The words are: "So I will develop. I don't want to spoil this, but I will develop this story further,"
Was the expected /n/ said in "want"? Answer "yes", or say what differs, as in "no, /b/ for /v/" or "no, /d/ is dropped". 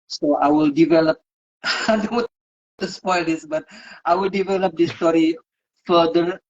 no, /n/ is dropped